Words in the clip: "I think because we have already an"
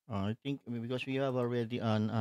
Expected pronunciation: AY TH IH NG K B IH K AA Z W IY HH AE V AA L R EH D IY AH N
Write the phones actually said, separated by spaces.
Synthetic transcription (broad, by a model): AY T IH NG K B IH K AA S W IY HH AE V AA L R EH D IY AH N